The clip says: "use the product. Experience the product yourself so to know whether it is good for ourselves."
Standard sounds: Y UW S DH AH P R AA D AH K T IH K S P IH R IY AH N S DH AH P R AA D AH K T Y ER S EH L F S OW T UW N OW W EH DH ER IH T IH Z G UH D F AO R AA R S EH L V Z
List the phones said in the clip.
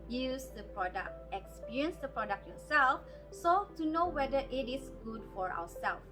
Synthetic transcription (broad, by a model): Y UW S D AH P R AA D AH K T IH K S P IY R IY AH N S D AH P R AA D AH K T Y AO S EH L F S OW T UW N OW W EH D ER IH T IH S G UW D F AO R AA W S EH L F